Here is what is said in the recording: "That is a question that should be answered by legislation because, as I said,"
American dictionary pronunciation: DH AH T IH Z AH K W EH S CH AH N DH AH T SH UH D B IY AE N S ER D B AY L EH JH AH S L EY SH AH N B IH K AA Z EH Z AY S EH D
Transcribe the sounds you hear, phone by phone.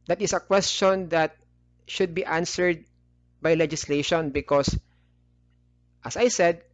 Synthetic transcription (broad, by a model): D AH T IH S AH K W EH S CH AH N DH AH T SH UH D B IY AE N S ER D B AY L EH JH AH S L EY SH AH N B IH K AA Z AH S AY S EH D